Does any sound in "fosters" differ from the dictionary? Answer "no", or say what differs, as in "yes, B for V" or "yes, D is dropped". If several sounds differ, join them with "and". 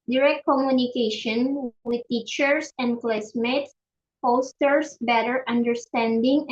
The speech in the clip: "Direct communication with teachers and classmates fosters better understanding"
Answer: yes, P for F and S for Z